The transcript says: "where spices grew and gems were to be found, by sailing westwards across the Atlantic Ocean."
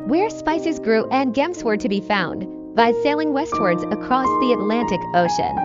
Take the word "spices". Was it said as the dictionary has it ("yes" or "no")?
yes